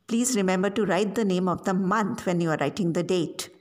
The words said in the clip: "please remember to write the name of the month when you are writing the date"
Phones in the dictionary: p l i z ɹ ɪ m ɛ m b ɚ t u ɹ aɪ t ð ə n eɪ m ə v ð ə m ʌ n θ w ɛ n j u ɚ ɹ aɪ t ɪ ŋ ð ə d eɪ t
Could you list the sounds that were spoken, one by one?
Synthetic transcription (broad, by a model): p l i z ɹ ɪ m ɛ m b ɚ t u ɹ aɪ t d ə n eɪ m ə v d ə m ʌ n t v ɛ n j u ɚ ɹ aɪ t ɪ ŋ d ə d eɪ t